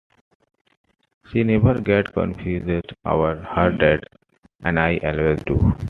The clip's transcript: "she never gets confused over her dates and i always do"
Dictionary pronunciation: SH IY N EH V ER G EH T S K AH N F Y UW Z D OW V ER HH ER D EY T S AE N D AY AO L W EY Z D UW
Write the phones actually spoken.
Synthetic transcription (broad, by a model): SH IY N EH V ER G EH T K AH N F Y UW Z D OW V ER HH ER D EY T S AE N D AY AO L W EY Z D UW